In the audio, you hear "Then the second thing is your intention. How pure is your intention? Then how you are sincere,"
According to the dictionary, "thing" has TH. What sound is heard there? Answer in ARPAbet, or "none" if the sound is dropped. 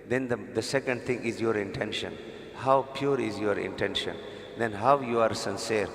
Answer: T